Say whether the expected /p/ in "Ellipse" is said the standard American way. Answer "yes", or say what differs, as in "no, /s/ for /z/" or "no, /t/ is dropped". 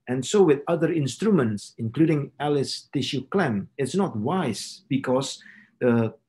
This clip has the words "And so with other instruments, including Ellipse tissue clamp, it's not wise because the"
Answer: no, /p/ is dropped